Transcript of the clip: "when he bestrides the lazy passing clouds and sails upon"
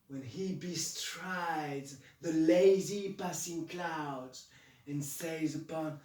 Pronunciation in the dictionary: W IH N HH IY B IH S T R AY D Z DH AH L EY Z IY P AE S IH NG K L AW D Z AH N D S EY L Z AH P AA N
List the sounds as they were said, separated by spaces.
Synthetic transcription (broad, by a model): W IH N IY B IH S T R AY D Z DH AH L EY Z IY P AE S IH NG K L AW D Z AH N S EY Z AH P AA N